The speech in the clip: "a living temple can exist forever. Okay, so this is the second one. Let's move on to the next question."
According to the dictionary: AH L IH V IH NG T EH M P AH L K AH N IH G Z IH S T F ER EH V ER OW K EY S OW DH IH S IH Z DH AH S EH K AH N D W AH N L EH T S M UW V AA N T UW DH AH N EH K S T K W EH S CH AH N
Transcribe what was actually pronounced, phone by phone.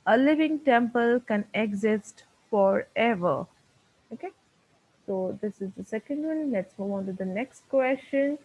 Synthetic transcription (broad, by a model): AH L IH V IH NG T EH M P AH L K AH N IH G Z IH S T F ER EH V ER OW K EY S OW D IH S IH Z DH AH S EH K AH N D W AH N L EH T S M UW V AA N T UW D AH N EH K S T K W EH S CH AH N